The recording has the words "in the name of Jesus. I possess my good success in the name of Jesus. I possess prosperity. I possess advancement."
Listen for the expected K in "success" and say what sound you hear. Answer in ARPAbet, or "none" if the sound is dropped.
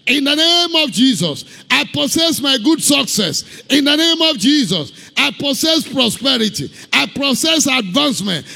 K